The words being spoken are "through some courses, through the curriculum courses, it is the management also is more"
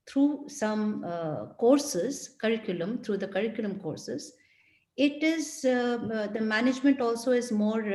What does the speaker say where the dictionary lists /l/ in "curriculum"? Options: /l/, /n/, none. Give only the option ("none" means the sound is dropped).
/l/